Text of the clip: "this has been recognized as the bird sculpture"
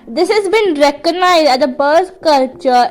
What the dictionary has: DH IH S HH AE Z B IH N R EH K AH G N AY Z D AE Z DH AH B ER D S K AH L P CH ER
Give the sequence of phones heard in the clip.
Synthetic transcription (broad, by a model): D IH S HH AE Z B IH N R EH K AH G N AY Z D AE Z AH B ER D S K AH L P CH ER